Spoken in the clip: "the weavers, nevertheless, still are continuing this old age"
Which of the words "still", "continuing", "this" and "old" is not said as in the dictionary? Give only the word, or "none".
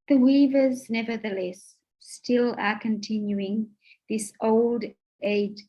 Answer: none